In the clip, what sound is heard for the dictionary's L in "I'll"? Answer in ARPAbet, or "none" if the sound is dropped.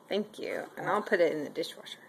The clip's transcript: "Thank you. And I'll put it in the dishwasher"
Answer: N